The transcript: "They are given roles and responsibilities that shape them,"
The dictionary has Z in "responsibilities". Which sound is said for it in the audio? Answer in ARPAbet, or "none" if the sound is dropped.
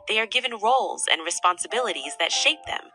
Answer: Z